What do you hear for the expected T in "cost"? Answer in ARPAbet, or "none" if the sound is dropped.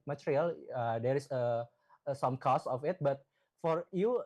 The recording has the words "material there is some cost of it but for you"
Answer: none